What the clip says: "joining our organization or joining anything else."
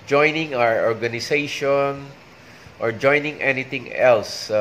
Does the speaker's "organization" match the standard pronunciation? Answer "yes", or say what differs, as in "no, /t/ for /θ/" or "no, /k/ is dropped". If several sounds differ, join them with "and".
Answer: no, /s/ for /z/